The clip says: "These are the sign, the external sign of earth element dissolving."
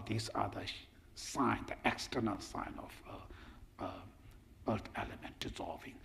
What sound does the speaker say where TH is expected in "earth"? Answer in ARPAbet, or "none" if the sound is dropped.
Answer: T